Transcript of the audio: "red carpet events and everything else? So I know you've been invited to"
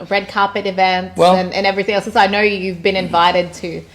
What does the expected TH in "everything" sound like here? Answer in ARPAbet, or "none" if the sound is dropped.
TH